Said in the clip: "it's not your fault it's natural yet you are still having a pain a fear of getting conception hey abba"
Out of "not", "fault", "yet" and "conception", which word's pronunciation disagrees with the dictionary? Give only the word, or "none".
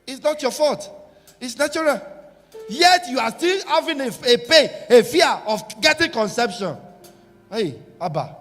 fault